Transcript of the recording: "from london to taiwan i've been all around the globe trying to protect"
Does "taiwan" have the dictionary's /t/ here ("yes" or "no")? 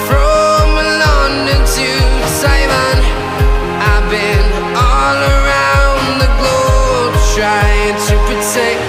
no